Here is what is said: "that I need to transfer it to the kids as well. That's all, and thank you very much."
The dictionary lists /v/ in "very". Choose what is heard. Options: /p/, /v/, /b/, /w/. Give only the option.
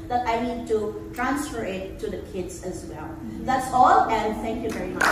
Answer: /v/